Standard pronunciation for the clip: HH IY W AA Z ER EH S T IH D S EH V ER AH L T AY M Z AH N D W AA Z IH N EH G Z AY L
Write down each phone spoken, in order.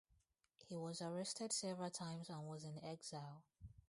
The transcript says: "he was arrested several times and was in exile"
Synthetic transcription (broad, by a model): HH IY W AA Z ER EH S T IH D S EH V ER AH L T AY M Z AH N W AA Z IH N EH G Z AY L